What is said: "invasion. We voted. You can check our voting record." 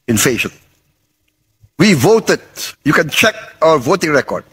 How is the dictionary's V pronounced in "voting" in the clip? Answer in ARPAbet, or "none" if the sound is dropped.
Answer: V